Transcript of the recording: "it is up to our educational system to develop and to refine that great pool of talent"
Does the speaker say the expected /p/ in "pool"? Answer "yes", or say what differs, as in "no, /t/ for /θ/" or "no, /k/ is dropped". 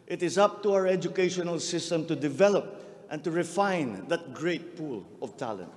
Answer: yes